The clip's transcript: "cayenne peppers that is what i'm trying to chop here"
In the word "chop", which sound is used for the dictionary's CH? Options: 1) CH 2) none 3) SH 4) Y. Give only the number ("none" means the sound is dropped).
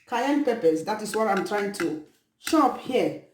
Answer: 3